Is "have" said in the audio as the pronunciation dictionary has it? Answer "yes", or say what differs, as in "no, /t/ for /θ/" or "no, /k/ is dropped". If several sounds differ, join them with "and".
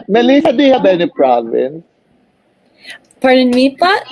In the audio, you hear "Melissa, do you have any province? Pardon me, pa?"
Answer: no, /b/ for /v/